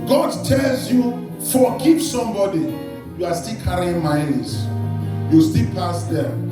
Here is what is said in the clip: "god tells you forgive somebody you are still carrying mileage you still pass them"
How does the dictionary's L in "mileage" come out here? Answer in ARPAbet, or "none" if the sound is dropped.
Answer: N